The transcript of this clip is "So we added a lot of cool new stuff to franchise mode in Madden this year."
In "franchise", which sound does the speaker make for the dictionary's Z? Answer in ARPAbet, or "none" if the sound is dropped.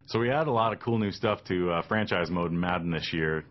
Z